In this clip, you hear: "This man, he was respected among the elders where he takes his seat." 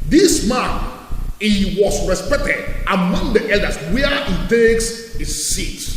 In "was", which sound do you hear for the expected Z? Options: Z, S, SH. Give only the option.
S